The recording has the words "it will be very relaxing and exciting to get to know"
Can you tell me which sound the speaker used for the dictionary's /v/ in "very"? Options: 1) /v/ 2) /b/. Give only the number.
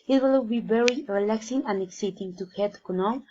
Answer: 2